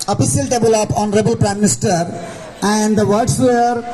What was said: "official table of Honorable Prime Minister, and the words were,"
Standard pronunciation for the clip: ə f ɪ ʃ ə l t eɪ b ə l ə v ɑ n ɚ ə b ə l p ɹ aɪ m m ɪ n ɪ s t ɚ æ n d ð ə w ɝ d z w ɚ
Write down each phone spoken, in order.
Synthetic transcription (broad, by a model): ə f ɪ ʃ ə l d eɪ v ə l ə p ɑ n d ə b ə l p ɹ aɪ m m ɪ n ɪ s t ɚ æ n d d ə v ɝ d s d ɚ